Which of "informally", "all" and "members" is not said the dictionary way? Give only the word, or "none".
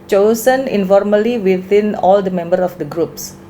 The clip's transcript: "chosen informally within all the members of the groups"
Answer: members